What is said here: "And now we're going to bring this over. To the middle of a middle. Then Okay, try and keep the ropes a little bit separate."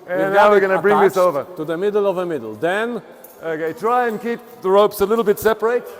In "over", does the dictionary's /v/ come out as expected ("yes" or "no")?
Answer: yes